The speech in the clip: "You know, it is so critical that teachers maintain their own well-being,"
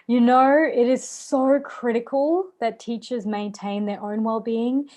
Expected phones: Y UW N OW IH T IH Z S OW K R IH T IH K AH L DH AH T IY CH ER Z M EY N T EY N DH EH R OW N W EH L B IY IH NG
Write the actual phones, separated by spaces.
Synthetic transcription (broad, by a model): Y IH N OW IH T IH Z S OW K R IH T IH K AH L DH AH T IY CH ER Z M EY N T EY N DH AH R OW N W EH L B IY IH NG